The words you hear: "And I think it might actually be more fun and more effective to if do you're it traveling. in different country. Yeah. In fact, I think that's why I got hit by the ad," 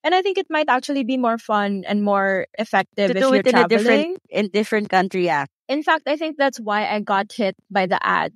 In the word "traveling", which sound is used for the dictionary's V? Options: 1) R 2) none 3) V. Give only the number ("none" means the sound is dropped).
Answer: 2